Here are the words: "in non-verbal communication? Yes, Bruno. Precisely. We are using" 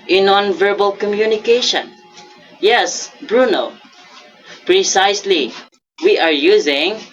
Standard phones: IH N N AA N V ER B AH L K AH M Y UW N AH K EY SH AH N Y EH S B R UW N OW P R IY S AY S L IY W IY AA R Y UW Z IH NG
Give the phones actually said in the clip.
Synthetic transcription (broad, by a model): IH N N AA N V ER B AH L K AH M Y UW N AH K EY SH AH N Y EH S B R UW N OW P R IY S AY S L IY W IY AA R Y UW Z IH NG